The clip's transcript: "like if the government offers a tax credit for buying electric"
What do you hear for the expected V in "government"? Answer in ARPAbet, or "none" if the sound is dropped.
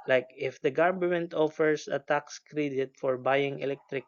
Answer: B